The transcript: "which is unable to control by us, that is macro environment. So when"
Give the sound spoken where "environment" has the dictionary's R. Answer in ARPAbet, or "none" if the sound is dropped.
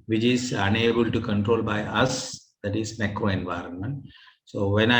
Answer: R